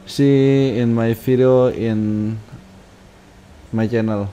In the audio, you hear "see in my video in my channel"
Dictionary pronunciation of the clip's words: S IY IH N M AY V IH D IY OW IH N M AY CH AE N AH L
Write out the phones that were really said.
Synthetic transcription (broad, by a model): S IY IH N M AY F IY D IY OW IH N M AY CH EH N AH L